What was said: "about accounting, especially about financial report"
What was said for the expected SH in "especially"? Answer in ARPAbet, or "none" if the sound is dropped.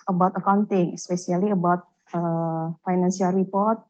S